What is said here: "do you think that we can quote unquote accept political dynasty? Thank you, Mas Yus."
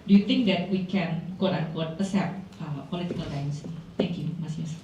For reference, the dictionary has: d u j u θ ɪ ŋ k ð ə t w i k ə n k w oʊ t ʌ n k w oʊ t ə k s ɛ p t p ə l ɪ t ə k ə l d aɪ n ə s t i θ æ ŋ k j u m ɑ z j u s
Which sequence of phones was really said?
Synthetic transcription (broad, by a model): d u j u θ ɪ ŋ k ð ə t w i k ə n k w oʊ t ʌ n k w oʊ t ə s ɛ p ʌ p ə l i t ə k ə l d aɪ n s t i t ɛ ŋ k j u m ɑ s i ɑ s